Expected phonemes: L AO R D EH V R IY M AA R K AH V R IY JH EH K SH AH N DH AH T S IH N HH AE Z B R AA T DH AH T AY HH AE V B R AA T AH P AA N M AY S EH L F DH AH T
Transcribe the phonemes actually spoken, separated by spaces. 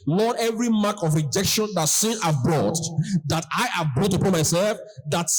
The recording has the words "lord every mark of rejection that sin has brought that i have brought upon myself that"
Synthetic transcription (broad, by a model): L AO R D EH V R IY M AA K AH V R IY JH EH K SH AH N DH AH T S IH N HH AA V B R AA T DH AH T AY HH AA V B R AA T AH P AA N M AY S EH L F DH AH T